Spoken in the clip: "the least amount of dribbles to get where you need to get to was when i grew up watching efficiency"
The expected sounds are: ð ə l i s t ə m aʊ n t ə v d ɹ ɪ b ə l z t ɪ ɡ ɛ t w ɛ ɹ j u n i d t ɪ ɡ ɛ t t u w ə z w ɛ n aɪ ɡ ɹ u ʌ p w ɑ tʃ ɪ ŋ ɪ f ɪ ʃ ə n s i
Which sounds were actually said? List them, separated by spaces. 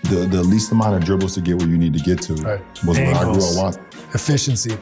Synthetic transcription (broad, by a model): ð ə l i s t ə m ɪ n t ə v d ɹ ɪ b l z t ɪ ɡ ɛ t w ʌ ɹ j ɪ n i d t ɪ ɡ ɛ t t u w ə z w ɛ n aɪ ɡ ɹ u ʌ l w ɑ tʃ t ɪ f ɪ ʃ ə n s i